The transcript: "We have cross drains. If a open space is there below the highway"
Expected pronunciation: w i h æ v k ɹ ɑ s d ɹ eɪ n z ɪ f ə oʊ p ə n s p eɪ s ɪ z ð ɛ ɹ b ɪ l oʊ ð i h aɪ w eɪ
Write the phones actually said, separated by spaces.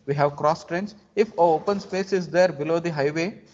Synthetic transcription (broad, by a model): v i h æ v k ɹ ɑ s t ɹ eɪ n s ɪ f ə oʊ p ə n s p eɪ s ɪ z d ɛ ɹ b ɪ l oʊ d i h aɪ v eɪ